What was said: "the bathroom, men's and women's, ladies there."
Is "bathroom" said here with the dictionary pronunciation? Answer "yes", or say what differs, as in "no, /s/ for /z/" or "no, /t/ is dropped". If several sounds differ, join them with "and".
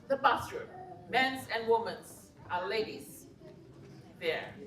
no, /s/ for /θ/